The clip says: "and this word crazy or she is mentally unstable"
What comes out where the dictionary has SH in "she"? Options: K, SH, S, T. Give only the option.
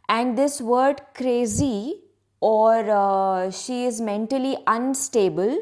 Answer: SH